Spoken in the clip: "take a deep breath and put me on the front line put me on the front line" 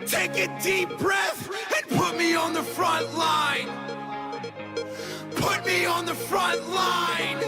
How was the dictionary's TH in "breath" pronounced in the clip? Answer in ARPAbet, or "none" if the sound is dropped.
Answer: TH